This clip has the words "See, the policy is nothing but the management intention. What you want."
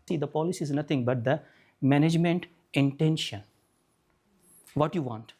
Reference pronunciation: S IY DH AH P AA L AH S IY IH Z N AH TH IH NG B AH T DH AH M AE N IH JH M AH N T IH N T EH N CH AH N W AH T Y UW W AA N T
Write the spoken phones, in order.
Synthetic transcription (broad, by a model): S IY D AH P AA L AH S IY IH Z N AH T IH NG B AH T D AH M AE N IH JH M AH N T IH N T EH N SH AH N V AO T Y UW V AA N T